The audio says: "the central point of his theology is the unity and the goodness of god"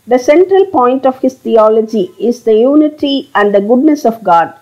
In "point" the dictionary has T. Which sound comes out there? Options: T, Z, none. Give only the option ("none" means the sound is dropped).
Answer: T